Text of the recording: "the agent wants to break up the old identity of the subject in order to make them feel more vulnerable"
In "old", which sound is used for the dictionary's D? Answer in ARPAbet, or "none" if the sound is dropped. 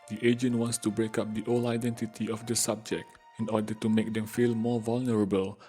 none